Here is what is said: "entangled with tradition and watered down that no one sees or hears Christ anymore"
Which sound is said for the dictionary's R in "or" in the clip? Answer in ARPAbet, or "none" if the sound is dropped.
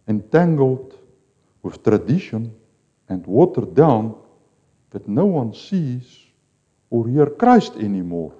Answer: R